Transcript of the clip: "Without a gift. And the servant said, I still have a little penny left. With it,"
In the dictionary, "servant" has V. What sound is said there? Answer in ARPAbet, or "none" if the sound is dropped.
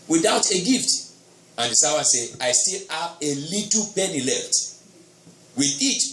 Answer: W